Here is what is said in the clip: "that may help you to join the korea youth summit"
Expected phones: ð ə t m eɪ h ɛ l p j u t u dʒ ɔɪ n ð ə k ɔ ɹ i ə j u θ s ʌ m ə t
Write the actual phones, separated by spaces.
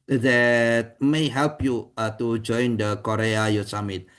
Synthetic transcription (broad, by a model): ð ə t m eɪ h ɛ l p j u t u dʒ ɔɪ n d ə k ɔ ɹ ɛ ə j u s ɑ m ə t